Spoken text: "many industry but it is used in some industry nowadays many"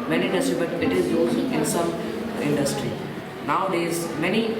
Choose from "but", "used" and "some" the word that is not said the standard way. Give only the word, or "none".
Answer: used